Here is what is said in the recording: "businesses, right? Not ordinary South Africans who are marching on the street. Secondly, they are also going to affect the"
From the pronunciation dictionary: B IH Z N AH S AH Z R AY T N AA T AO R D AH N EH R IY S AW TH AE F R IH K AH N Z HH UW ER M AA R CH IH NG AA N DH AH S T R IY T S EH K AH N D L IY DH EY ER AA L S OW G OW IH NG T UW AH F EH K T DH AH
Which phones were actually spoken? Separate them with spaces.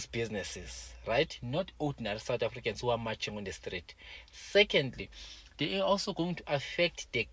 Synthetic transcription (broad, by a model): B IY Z N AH S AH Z R AY T N AA T AO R D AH N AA R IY S AW T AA F R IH K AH N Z HH UW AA M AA CH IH NG AA N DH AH S T R IY T S EH K AH N D L IY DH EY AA AA L S OW G OW IH NG T UW AH F EH K T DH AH